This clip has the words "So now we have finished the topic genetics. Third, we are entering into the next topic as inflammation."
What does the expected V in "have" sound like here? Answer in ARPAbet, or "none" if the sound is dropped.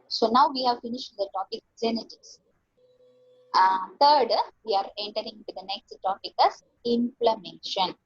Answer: V